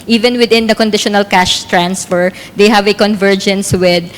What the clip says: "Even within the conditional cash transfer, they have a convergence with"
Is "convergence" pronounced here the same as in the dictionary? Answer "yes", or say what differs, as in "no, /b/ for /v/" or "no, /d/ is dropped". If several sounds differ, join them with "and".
yes